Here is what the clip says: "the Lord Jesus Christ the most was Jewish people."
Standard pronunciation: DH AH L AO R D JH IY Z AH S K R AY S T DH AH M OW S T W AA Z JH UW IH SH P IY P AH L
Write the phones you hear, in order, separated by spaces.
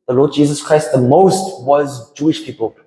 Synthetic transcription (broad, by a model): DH AH L AO D JH IY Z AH S K R AY S T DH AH M OW S T W AA Z JH UW IH SH P IY P AH L